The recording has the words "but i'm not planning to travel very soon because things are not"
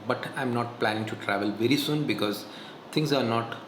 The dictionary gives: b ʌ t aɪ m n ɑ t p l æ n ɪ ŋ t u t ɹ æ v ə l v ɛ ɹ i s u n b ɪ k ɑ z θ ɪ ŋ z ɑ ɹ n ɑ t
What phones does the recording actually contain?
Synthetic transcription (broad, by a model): b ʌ t aɪ m n ɑ t p l æ n ɪ ŋ t u t ɹ æ v ə l v ɛ ɹ i s u n b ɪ k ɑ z t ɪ ŋ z ɑ ɹ n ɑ t